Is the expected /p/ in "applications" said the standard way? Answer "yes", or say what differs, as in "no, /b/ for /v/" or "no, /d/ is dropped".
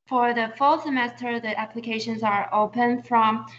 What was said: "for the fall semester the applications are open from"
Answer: yes